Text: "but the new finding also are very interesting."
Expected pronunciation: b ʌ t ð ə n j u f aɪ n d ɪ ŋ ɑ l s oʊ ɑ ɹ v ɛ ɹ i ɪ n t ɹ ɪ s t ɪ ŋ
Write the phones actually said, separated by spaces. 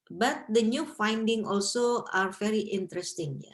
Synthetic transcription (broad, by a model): b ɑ t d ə n j u f aɪ n d ɪ ŋ ɑ l s oʊ ɑ ɹ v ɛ ɹ i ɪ n t ɹ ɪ s t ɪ ŋ